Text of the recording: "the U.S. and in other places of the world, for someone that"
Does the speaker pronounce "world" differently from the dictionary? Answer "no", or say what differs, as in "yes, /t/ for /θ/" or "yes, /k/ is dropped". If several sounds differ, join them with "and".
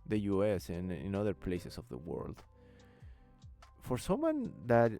no